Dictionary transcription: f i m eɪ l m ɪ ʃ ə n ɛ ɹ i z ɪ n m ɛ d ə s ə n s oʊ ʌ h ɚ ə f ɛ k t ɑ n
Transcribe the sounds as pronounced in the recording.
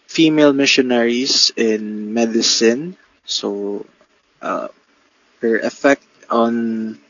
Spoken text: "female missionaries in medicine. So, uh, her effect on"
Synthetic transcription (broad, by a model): f i m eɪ l m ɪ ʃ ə n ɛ ɹ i s ɪ n m ɛ d ə s ə n s oʊ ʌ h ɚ ə f ɛ k t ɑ n